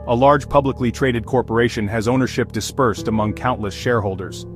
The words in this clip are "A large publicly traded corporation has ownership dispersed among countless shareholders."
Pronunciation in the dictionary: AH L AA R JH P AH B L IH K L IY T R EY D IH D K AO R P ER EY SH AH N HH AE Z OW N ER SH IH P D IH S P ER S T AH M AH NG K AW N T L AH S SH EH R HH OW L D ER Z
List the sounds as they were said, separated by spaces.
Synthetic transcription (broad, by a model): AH L AA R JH P AH B L IH K L IY T R EY D IH D K AO R P ER EY SH AH N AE Z OW N ER SH IH P D IH S P ER S T AH M AH NG K AW N T L AH S SH EH R HH OW L D ER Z